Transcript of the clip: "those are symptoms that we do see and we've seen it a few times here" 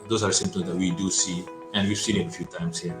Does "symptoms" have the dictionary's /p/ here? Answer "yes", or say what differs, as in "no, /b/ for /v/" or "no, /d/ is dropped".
no, /p/ is dropped